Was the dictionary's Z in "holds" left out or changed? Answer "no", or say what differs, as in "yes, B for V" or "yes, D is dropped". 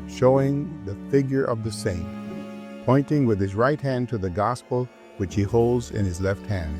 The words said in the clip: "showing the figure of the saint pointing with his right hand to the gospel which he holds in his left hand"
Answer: no